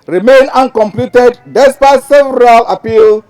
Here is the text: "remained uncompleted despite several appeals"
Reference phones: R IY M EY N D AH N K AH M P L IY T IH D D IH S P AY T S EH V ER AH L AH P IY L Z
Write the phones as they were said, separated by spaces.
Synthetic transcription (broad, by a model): R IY M EY N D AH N K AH M P L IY T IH D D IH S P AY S S EH V ER AH L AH P IY L